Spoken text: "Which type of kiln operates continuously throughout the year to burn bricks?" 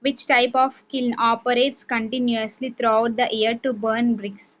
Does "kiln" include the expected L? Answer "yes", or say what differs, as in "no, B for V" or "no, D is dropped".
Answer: yes